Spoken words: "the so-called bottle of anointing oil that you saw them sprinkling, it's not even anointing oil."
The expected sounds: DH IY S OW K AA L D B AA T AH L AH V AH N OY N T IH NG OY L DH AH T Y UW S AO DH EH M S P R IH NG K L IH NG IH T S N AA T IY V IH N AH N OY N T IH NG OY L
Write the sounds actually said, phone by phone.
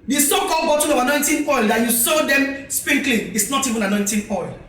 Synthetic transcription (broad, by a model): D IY S OW K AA L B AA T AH N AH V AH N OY N T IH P OY L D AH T Y UW S AO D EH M S P IH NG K L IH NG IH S N AA T IY V IH N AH N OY N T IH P OY L